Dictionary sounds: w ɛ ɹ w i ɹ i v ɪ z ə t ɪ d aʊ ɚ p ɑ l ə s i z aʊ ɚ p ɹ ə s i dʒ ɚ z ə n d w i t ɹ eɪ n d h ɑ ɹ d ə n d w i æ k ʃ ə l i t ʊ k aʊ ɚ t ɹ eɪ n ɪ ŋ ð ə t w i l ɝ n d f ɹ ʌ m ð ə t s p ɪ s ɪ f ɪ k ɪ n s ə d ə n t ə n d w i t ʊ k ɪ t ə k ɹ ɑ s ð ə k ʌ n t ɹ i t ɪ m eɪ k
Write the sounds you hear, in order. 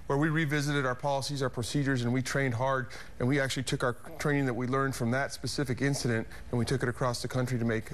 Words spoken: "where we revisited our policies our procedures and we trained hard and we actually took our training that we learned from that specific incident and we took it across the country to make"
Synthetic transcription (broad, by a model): w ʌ ɹ w i ɹ i v ɪ z ə t ɪ d aʊ ɚ p ɑ l ə s i z aʊ ɚ p ɹ ə s i dʒ ɚ z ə n w i t ɹ eɪ n d h ɑ ɹ d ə n w i æ k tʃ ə l i t ʊ k aʊ ɚ t ɹ eɪ n ɪ ŋ ð ə t w i l ɝ n d f ɹ ʌ m ð ə t s p ɪ s ɪ f ɪ k ɪ n s ə d ə n t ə n w i t ʊ k ɪ t ə k ɹ ɑ s ð ə k ʌ n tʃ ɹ i t ɪ m eɪ k